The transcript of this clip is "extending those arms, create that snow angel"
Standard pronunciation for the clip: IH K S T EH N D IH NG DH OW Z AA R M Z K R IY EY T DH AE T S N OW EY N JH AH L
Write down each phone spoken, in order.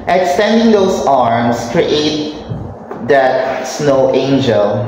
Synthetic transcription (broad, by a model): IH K S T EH N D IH NG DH OW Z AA R M S K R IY EY T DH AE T S N OW EY N JH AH L